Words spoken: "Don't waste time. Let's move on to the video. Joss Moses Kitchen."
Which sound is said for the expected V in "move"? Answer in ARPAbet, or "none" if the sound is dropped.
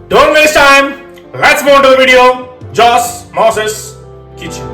none